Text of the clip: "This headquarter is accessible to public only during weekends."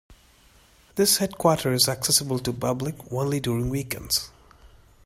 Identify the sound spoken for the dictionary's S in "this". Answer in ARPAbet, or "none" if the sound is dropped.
S